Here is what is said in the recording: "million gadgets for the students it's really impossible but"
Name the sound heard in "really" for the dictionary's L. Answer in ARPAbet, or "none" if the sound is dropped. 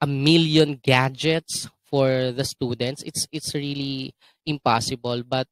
L